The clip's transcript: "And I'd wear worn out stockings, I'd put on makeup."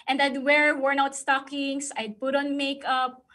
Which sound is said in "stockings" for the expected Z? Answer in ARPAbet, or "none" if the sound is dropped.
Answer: S